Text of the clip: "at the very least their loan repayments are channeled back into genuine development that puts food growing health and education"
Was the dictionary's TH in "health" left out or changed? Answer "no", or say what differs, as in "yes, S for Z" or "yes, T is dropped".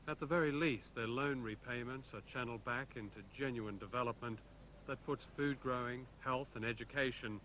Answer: no